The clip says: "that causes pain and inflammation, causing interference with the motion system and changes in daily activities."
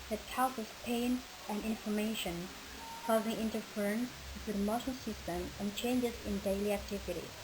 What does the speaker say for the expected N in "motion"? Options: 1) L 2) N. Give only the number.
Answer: 1